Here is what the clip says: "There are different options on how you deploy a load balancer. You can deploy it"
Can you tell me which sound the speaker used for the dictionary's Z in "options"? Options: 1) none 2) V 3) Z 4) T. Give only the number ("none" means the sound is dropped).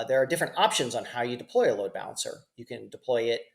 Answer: 3